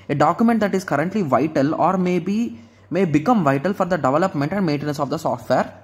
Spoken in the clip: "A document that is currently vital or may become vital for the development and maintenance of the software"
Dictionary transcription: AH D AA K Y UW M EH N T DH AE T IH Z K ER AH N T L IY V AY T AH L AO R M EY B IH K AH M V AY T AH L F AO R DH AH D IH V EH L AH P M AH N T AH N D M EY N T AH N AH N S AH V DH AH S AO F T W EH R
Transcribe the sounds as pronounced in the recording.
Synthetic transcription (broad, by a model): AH D AA K Y UW M EH N T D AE T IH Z K ER AH N T L IY V AY T AH L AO R M EY B IH K AH M V AY T AH L F AO R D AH D IH V EH L AH P M AH N T AH N D M EY N T AH N AH N S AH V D AH S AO F T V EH R